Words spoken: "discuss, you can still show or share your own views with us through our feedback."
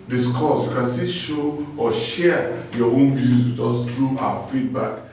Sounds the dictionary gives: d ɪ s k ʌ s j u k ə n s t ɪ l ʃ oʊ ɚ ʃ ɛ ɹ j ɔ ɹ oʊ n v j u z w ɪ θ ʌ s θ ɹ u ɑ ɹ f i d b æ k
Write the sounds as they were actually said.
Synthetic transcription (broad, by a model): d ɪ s k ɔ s j u k ə n s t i ʃ oʊ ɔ ʃ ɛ j ɔ oʊ n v j u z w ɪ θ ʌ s t ɹ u ɑ f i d b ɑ k